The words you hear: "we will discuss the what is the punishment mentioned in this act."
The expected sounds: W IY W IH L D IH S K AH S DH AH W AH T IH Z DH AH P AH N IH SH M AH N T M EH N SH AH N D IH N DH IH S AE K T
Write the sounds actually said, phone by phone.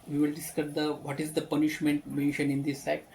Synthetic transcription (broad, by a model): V IY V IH L D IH S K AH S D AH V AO T IH Z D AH P AH N IH SH M AH N T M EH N SH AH N IH N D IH S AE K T